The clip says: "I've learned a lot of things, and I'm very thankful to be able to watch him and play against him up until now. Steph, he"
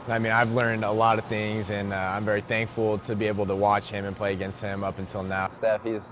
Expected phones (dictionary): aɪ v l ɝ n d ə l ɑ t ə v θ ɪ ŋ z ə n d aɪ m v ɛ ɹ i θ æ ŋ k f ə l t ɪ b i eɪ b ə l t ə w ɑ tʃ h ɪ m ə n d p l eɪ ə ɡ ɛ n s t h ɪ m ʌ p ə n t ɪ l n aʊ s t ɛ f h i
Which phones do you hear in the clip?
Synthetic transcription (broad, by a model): aɪ v l ɝ n d ə l ɑ t ə v θ ɪ ŋ z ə n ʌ aɪ m v ɛ ɹ i θ æ ŋ k f l t ɪ b i eɪ b l t ə w ɑ tʃ h ɪ m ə n p l eɪ ə ɡ ɛ n s t h ɪ m ʌ p n t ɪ l n aʊ s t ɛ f h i